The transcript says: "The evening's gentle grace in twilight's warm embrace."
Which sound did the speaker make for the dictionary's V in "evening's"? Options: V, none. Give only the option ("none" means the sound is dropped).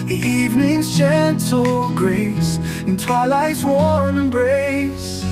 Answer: V